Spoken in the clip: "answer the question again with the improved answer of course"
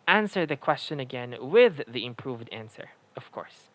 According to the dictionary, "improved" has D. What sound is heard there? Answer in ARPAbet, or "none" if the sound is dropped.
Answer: D